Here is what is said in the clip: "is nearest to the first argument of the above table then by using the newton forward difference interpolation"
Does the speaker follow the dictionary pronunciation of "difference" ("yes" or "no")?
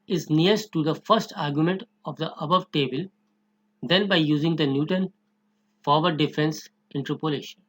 yes